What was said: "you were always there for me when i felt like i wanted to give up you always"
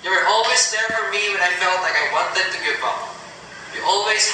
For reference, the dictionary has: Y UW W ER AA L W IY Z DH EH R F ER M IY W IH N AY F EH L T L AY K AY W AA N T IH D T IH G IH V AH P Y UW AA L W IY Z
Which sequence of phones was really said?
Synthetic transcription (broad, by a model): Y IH W ER AA L W IY Z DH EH R F ER M IY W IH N AY F EH L T L AY K AY W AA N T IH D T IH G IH B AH B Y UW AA L W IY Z